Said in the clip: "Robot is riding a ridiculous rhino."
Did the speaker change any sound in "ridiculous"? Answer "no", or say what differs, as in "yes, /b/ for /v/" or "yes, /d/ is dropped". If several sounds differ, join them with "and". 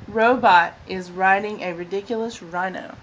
no